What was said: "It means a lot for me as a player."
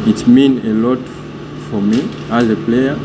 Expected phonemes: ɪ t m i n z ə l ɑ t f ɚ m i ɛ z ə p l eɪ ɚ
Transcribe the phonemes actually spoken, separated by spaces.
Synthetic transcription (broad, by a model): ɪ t m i n ə l ɑ t f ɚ m i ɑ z ə p l eɪ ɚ